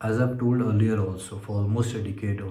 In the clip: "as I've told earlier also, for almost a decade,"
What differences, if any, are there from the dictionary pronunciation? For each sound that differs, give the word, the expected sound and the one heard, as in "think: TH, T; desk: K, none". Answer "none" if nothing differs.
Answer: i've: V, B; almost: L, none